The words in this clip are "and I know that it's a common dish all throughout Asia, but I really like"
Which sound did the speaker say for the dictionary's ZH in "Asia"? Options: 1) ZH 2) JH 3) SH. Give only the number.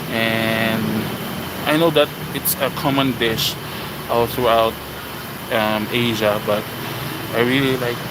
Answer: 1